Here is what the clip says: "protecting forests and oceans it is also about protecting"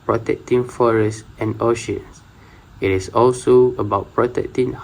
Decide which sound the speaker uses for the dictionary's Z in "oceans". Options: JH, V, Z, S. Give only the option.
S